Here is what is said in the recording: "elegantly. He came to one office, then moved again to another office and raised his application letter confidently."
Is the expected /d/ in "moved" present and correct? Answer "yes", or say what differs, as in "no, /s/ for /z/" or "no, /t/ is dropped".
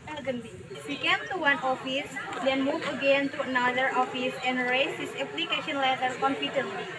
no, /d/ is dropped